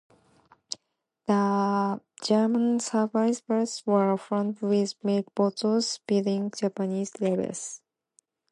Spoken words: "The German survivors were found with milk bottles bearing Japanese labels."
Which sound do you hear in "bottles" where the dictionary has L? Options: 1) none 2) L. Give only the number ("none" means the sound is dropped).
1